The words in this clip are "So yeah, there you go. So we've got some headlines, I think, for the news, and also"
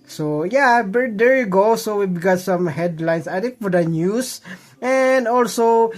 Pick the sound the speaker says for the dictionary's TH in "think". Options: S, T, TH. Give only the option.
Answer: T